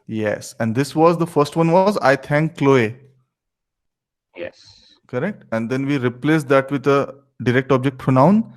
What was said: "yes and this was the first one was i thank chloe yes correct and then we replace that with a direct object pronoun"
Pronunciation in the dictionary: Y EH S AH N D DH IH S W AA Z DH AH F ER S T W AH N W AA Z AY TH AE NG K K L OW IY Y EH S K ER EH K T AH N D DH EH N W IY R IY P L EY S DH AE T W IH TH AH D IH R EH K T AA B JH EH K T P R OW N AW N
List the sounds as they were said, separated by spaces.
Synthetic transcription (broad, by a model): Y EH S AH N D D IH S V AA Z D AH F ER S T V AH N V AA Z AY T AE NG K K L OW IY Y EH S K ER EH K T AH N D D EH N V IY R IY P L EY S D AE T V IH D AH D IH R EH K T AA B JH EH K T P R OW N AW N